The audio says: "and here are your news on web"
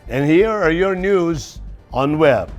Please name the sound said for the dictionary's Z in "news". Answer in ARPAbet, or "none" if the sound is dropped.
Z